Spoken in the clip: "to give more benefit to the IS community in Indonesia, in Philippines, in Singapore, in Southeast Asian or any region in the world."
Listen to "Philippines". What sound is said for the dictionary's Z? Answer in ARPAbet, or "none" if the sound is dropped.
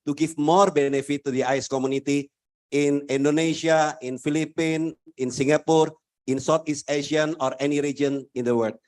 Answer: none